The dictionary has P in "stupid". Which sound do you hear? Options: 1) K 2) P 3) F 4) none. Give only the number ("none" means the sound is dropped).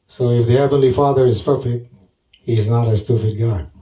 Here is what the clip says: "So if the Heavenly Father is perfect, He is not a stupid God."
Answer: 3